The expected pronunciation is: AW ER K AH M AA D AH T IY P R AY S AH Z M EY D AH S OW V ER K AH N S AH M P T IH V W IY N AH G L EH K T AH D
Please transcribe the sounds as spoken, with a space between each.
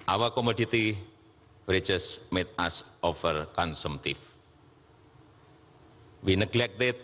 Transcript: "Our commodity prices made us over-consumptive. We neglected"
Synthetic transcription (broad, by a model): AW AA K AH M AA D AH T IY R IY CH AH S M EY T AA S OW F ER K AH N S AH M T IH F W IY N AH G L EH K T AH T